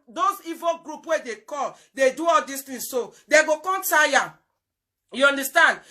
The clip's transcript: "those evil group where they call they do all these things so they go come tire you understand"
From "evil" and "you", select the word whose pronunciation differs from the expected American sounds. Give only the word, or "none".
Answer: none